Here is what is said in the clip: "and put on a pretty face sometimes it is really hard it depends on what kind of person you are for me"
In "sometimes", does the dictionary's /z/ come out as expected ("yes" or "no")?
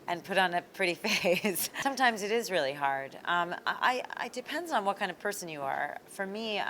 yes